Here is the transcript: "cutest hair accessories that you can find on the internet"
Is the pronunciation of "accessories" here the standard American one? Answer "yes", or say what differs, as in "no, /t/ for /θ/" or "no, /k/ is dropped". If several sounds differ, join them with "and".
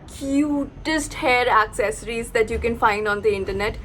yes